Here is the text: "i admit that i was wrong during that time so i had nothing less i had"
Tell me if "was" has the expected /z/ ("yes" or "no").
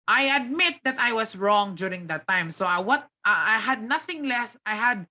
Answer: no